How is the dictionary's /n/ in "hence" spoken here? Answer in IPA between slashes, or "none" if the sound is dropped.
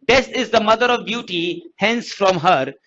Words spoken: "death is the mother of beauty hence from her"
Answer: /n/